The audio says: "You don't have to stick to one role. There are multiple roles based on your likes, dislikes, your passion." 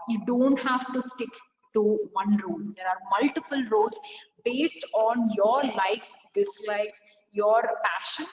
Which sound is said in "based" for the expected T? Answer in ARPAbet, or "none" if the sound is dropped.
T